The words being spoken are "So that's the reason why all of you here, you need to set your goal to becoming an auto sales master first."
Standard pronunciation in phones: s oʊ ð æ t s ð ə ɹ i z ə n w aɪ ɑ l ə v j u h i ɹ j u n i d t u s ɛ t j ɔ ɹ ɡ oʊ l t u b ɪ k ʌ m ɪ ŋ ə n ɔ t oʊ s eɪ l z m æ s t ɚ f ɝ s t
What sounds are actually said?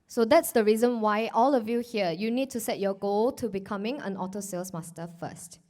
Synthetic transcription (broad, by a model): s oʊ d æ t s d ə ɹ i z ə n w aɪ ɑ l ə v j u h i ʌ j u n i d t u s ɛ t j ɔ ɡ oʊ l t u b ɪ k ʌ m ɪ ŋ ə n ɔ t oʊ s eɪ l s m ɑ s t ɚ f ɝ s t